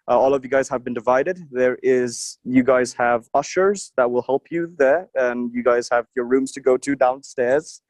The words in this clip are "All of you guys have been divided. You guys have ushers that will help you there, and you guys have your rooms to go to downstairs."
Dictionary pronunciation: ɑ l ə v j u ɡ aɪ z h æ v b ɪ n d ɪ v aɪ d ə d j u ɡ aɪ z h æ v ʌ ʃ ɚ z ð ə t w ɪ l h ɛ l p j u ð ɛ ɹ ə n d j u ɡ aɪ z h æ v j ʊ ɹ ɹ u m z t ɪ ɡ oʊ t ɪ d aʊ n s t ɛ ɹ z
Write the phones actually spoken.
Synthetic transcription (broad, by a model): ɑ l ə v j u ɡ aɪ z h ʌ v b ɪ n d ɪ v aɪ d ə d j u ɡ aɪ z h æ v ʌ ʃ ɚ z ð ə t w ɪ l h ɛ l p j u ð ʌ ɹ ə n j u ɡ aɪ z h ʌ v j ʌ ɹ ɹ u m z t ɪ ɡ oʊ t ɪ d aʊ n s t ɛ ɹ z